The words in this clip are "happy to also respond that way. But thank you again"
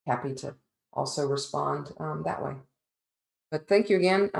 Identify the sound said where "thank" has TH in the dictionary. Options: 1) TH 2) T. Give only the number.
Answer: 1